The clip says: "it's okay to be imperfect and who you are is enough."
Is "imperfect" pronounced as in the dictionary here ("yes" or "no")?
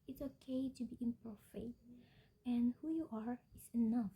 no